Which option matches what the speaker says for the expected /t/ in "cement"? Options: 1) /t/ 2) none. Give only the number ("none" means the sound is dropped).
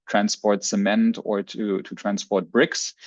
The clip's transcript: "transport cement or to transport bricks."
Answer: 1